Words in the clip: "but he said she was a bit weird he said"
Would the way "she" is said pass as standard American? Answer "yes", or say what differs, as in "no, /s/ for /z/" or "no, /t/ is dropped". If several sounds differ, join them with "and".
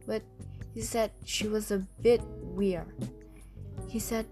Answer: yes